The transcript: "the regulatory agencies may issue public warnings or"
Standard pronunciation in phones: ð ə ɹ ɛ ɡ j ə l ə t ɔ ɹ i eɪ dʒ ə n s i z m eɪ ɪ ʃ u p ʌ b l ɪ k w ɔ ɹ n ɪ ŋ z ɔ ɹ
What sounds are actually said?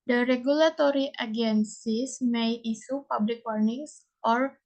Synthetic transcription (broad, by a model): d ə ɹ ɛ ɡ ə l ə t ɔ ɹ i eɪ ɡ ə n s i s m eɪ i s u p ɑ b l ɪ k w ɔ ɹ n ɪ ŋ s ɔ ɹ